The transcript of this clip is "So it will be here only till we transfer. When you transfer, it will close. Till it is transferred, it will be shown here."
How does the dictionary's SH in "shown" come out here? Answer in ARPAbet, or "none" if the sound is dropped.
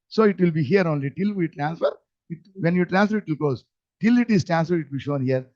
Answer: SH